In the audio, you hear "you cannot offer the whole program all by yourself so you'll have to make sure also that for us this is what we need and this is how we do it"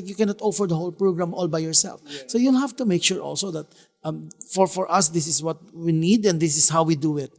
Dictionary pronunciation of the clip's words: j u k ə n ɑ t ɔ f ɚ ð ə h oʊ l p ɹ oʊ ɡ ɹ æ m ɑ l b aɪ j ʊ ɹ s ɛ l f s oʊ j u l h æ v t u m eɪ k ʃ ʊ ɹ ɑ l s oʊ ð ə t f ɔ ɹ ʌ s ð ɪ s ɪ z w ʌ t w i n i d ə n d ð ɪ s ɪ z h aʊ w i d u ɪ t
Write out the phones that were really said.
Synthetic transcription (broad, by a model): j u k ə n ɑ t ɔ f ɚ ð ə h oʊ l p ɹ oʊ ɡ ɹ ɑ m ɑ l b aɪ j ʊ ɹ s ɛ l f s oʊ j u l h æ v t u m eɪ k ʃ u ɹ ɑ l s oʊ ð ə t f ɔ ɹ ʌ s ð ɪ s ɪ s w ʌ t w i n i d ə n d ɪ s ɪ s h aʊ w i d u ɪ t